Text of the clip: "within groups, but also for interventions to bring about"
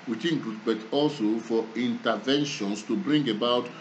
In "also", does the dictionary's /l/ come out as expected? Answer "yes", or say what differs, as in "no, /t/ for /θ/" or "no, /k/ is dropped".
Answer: yes